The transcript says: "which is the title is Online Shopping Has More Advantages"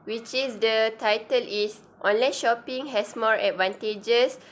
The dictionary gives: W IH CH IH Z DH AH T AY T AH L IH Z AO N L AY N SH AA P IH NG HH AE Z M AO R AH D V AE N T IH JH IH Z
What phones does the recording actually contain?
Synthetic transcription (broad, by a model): W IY CH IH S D AH T AY T AH L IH S AO N L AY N SH AA P IH NG HH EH S M AO R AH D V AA N T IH JH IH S